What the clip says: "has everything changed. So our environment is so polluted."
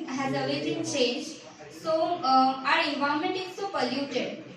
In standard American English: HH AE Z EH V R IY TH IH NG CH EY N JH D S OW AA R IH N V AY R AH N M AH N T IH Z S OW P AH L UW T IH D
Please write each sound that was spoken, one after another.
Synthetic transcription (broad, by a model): HH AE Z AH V IY T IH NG CH EY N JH S OW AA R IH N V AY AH M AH N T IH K S OW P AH L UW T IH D